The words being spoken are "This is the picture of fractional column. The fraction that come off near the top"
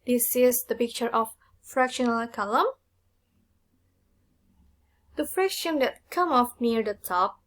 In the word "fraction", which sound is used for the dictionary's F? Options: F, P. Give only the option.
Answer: F